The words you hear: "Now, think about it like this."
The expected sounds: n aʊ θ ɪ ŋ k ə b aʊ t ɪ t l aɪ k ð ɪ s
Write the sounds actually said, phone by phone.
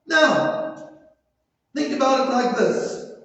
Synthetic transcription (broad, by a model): n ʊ θ ɪ ŋ k ə b aʊ t ɪ t l aɪ k ð ɪ s